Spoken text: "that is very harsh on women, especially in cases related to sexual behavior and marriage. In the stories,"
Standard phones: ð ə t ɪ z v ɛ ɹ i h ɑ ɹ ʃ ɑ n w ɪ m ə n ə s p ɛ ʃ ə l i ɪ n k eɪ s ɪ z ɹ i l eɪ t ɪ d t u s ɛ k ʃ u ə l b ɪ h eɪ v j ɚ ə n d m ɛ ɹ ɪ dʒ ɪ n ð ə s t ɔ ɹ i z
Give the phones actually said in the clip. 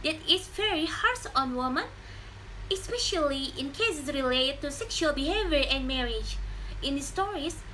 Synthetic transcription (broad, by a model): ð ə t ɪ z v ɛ ɹ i h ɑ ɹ s ɑ n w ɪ m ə n ə s p ɛ ʃ ə l i ɪ n k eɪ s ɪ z ɹ i l eɪ t ɪ d t u s ɛ k ʃ u ə l b ɪ h eɪ v j ɚ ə n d m ɛ ɹ ɪ dʒ ɪ n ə s t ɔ ɹ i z